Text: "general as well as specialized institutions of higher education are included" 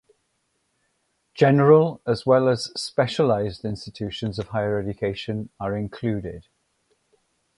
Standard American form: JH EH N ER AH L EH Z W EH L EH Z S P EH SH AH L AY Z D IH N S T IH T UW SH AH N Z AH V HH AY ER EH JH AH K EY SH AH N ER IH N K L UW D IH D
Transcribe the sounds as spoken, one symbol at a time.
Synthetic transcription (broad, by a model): JH EH N ER AH L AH Z W EH L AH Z S P EH SH AH L AY Z D IH N S T IH T UW SH AH N Z AH V HH AY ER EH JH AH K EY SH AH N ER IH N K L UW D IH D